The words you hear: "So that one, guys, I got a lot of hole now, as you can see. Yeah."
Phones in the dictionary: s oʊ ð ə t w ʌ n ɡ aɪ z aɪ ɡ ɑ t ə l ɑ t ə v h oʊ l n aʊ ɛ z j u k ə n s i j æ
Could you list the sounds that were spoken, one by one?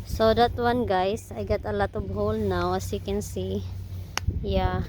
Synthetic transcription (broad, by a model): s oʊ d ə t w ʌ n ɡ aɪ s aɪ ɡ ɑ t ə l ɑ t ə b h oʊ l n aʊ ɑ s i k ə n s i j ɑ